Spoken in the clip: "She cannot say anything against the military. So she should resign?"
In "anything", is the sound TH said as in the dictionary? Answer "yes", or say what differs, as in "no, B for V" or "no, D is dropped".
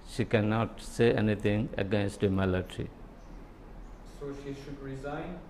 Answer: no, T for TH